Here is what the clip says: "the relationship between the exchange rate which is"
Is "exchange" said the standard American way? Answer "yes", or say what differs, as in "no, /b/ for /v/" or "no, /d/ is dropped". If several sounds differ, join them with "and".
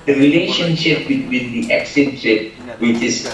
no, /tʃ/ is dropped